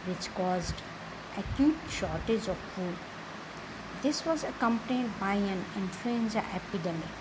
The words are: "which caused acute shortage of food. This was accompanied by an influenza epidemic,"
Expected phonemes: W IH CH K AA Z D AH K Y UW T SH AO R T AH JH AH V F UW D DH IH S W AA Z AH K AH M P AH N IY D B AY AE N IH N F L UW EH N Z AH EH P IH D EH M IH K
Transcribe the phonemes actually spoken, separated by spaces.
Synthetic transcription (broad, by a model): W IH CH K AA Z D AH K Y UW T SH AO R T AH JH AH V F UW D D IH S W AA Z AH K AH M P AH N IY D B AY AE N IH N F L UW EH N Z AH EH P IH D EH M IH